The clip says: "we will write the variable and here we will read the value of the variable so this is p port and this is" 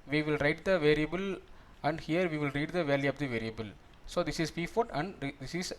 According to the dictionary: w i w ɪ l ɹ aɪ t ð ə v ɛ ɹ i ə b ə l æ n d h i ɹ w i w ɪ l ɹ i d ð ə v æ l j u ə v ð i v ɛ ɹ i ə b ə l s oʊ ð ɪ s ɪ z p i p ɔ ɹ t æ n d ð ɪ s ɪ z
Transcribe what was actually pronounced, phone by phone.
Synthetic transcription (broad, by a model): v i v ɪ l ɹ aɪ t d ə v ɛ ɹ i ə b ə l æ n d h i ɹ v i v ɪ l ɹ i d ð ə v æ l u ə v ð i v ɛ ɹ i ə b ə l s oʊ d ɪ s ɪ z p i f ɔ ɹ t æ n d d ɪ s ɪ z